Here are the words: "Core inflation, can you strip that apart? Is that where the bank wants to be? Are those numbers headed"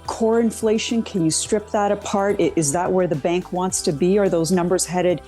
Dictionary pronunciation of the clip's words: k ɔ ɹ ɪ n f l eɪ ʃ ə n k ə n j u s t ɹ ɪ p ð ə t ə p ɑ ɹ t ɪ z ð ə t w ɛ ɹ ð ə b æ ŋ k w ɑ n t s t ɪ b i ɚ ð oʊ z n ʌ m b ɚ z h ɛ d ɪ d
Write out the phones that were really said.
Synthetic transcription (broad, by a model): k ɔ ɹ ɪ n f l eɪ ʃ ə n k ə n j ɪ s t ɹ ɪ p ð ə t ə p ɑ ɹ t ɪ z ð ə t w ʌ ɹ ð ə b æ ŋ k w ɑ n t s t ɪ b i ɚ ð oʊ z n ʌ m b ɚ z h ɛ d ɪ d